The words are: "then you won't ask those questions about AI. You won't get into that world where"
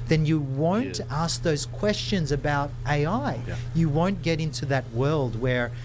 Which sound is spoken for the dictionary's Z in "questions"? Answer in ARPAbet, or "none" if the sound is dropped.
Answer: Z